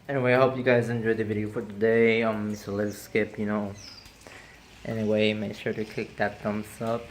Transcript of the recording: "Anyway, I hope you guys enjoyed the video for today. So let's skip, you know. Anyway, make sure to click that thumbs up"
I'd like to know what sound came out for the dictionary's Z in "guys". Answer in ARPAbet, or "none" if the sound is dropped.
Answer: Z